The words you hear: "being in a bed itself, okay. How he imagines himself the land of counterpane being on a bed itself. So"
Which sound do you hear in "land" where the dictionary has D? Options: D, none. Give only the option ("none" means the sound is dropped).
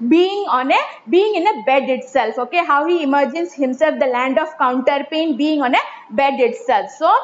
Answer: D